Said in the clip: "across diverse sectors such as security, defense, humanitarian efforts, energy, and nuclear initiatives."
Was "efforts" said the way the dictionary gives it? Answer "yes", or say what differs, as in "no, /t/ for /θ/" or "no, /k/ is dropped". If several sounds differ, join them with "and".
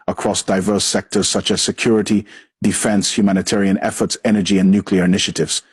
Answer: yes